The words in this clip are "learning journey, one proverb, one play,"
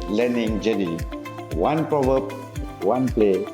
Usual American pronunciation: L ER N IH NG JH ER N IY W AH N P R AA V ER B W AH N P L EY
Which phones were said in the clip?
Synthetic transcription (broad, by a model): L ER N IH NG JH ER IY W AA N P R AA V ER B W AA N P L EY